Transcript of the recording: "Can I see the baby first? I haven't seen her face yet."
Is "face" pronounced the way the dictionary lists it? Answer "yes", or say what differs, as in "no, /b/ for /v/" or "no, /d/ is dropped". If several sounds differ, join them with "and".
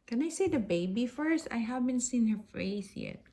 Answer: no, /θ/ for /s/